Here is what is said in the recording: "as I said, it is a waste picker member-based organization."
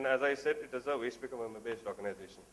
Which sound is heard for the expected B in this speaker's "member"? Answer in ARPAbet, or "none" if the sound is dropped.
none